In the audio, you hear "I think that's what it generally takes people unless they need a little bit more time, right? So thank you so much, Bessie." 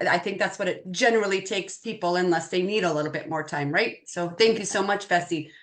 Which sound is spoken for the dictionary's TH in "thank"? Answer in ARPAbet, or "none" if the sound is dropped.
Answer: TH